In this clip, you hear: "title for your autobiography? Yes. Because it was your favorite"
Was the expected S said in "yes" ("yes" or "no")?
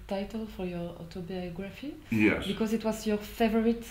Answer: no